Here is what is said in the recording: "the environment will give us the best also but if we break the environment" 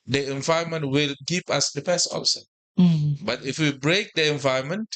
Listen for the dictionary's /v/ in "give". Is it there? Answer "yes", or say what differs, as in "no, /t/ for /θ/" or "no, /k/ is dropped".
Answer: no, /p/ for /v/